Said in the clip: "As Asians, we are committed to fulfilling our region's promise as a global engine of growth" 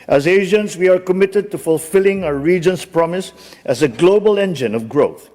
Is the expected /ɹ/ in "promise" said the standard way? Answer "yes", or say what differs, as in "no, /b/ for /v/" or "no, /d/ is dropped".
yes